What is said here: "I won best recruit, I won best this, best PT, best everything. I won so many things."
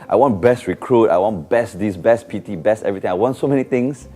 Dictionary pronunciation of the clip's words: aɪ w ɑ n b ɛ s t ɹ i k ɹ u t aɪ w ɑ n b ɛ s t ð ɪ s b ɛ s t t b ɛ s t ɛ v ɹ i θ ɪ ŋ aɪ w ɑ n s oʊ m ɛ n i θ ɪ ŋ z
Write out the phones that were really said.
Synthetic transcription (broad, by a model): aɪ w ɑ n b ɛ s t ɹ i k ɹ u t aɪ w ɑ n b ɛ s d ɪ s b ɛ s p t b ɛ s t ɛ v ɹ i t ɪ ŋ aɪ w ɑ n s oʊ m ɛ n i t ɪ ŋ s